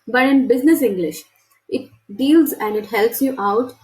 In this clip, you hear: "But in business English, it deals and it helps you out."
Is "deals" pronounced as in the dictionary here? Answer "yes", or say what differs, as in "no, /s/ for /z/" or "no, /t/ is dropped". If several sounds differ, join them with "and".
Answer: yes